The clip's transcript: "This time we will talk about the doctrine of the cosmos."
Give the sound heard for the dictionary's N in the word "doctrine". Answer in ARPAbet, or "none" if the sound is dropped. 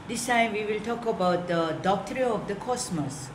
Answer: none